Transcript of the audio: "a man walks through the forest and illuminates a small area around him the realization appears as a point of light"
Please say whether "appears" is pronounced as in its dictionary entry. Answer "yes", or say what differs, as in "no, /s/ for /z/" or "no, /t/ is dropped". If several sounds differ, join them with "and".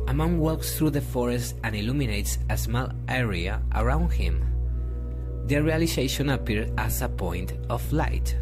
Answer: no, /z/ is dropped